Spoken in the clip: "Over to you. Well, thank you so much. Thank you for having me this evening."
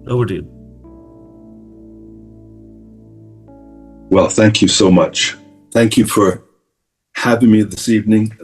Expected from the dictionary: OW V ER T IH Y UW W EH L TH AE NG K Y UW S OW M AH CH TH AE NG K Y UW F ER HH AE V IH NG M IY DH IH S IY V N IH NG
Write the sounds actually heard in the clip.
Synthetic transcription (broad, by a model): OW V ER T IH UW W EH L TH AE NG K Y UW S OW M AH CH TH AE NG K Y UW F ER HH AE V IH NG M IY DH IH S IY V N IH NG